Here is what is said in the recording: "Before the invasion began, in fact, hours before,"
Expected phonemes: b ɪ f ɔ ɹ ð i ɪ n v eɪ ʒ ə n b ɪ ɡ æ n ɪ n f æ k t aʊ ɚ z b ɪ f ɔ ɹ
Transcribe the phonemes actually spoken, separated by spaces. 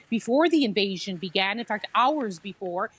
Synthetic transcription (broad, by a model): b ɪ f ɔ ɹ ð i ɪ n v eɪ ʒ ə n b ɪ ɡ æ n ɪ n f æ k t aʊ ɚ z b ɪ f ɔ ɹ